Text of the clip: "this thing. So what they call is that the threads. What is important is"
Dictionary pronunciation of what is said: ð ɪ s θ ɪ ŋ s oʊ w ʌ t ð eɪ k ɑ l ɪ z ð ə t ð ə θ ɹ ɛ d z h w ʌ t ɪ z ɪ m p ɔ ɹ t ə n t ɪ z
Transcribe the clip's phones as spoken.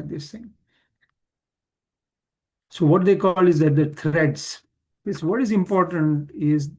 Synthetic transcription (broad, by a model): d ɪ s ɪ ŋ s oʊ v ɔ t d eɪ k ɑ l ɪ z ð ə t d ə t ɹ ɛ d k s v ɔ t ɪ z ɪ m p ɔ ɹ t ə n t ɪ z